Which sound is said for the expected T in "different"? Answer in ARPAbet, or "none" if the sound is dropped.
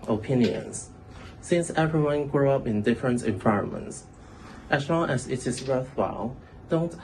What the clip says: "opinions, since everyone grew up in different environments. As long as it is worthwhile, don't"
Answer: T